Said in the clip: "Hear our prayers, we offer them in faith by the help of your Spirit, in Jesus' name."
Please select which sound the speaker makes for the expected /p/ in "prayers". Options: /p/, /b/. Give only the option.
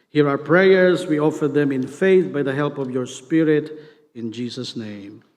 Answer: /p/